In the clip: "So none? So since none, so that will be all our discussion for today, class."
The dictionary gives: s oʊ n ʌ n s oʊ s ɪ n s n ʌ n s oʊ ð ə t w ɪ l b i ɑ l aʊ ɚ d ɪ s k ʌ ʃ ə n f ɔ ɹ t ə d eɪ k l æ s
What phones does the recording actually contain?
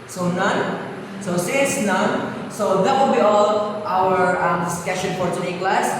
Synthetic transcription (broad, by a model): s oʊ n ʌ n s oʊ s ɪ s n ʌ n s oʊ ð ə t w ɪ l b i ɑ l aʊ ɚ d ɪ s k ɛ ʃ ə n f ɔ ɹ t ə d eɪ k l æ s